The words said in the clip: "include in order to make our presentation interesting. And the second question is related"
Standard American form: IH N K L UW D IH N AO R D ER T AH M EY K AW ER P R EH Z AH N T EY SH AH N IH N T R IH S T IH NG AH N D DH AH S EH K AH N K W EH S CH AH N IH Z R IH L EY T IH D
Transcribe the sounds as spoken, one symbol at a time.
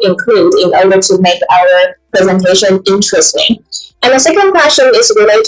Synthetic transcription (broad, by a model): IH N K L UW D IH N AO R D ER T AH M EY K AW ER P R EH Z AH N T EY SH AH N IH N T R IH S T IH NG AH N DH AH S EH K AH N K W EH S CH AH N IH Z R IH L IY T